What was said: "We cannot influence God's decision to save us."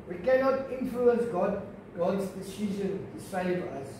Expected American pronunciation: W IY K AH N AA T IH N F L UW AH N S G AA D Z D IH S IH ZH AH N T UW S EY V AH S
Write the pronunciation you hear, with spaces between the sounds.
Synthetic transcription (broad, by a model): W IY K AH N AA T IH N F L UW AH N S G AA D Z D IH S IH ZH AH N T UW S EY V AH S